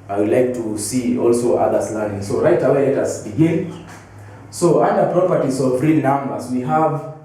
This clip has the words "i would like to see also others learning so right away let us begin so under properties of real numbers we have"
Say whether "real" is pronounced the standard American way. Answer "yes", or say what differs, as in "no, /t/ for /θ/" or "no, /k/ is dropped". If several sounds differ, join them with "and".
yes